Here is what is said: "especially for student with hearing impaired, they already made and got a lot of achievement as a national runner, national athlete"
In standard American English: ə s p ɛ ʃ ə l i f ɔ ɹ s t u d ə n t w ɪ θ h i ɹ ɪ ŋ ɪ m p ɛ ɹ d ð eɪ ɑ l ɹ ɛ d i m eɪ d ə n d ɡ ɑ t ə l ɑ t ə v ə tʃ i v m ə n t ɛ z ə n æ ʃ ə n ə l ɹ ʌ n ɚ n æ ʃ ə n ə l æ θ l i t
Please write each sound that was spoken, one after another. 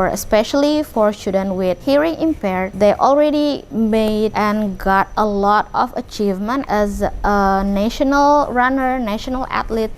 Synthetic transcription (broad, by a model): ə s p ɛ ʃ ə l i f ɔ ɹ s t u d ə n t w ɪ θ h i ɹ ɪ ŋ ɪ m p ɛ ɹ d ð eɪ ɑ l ɹ ɛ d i m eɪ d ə n ɡ ɑ t ə l ɑ t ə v ə tʃ i v m ə n t ɛ z ə n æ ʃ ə n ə l ɹ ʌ n ɚ n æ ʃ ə n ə l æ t l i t